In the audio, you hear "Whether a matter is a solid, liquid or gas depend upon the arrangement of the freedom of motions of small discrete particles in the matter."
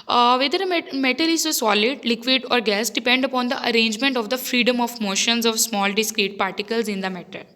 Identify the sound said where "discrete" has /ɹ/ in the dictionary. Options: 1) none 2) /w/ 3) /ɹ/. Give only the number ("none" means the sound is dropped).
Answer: 3